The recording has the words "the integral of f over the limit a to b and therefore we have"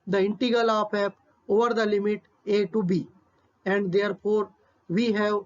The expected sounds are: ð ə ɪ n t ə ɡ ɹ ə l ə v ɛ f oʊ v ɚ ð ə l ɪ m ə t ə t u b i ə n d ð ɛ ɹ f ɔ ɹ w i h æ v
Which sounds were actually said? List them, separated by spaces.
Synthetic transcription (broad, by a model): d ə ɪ n t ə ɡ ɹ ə l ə p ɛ p oʊ v ɚ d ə l ɪ m ə t ə t u b i ə n d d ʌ ɹ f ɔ ɹ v i h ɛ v